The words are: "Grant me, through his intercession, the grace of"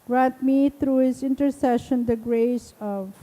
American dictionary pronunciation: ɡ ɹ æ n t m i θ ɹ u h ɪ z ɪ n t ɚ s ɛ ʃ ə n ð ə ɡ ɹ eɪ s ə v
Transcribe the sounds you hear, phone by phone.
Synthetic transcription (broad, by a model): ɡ ɹ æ n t m i t ɹ u h ɪ z ɪ n t ɚ s ɛ ʃ ə n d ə ɡ ɹ eɪ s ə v